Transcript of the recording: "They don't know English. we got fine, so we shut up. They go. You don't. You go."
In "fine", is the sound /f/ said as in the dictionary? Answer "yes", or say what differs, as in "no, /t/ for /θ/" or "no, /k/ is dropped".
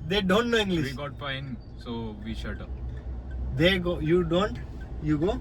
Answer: no, /p/ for /f/